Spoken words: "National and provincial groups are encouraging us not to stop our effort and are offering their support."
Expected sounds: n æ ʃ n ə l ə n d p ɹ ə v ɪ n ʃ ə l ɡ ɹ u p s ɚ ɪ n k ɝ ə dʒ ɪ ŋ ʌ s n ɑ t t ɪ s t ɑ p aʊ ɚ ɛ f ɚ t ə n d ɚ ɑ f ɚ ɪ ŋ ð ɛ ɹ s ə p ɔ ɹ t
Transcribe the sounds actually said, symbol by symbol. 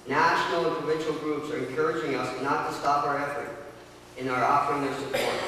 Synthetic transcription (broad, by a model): n æ ʃ n l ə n p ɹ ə v ɪ n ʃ l ɡ ɹ u p s ɚ ɪ n k ɝ ə dʒ ɪ ŋ ʌ s n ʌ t t ɪ s t ɑ p aʊ ɚ ɛ f ɚ t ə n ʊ ɚ ɑ f ɚ ɪ ŋ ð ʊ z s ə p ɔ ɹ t